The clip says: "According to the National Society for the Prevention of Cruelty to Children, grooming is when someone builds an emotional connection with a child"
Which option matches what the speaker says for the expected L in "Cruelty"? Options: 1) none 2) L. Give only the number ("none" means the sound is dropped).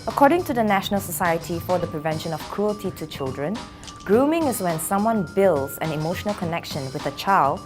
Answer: 2